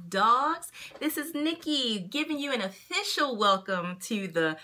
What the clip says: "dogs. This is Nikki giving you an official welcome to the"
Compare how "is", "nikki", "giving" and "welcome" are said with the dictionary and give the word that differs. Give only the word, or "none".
none